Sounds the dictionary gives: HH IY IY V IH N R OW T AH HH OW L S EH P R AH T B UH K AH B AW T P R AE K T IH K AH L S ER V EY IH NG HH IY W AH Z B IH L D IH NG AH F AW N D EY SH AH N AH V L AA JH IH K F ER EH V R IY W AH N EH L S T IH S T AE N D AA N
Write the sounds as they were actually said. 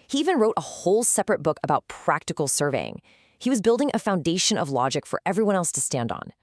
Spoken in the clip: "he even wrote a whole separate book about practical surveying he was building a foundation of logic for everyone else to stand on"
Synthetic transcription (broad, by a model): HH IY IY V IH N R OW T AH HH OW L S EH P R AH T B UH K AH B AW T P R AE K T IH K L S ER V EY IH NG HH IY W AH Z B IH L D IH NG AH F AW N D EY SH AH N AH V L AA JH IH K F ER EH V R IY W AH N EH L S T IH S T AE N D N